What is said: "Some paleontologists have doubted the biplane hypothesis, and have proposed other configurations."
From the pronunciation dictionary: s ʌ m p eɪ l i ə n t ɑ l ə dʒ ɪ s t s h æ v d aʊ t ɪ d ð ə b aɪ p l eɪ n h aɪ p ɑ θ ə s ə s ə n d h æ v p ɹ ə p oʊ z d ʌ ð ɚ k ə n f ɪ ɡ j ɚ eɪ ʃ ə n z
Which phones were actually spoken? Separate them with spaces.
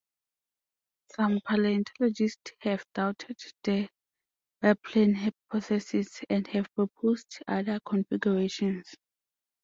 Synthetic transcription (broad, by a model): s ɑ m p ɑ l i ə n t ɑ l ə dʒ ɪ s t s h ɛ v d aʊ t ɪ d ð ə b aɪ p l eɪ n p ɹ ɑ s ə s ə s ə n d h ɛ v p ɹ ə p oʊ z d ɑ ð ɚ k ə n f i ɡ j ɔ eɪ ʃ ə n s